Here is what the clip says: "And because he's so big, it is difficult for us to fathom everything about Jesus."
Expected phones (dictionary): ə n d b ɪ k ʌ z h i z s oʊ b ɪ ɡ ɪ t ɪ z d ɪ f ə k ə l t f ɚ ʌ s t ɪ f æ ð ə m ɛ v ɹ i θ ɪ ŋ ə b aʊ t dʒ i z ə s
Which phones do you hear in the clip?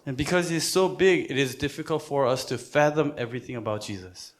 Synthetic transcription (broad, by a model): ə n b ɪ k ʌ z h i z s oʊ b ɪ ɡ ɪ t ɪ z d ɪ f ə k ə l t f ɚ ʌ s t ɪ f æ ð ə m ɛ v ɹ i θ ɪ ŋ ə b aʊ t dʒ i z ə s